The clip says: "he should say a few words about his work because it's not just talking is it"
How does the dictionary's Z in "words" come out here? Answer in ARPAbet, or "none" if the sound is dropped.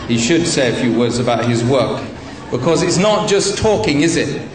Z